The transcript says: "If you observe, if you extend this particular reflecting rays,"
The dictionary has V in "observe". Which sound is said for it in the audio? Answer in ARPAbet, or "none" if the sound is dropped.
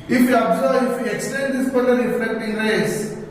none